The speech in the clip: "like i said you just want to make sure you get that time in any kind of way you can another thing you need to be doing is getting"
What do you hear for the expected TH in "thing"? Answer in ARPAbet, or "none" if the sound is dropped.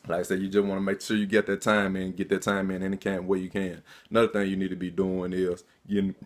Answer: TH